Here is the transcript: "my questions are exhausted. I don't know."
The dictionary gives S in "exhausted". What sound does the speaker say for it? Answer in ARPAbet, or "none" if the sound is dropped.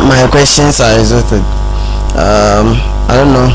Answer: none